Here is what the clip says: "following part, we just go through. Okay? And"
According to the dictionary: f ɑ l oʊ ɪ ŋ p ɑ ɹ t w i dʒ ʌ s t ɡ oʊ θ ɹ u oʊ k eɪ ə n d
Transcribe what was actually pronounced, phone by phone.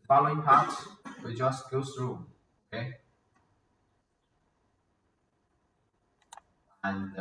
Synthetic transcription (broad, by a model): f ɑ l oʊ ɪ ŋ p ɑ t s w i dʒ ʌ s t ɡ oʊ s ɹ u oʊ k eɪ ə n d